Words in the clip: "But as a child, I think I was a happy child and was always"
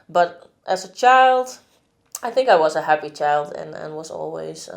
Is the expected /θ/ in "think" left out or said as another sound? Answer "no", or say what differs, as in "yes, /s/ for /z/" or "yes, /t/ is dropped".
no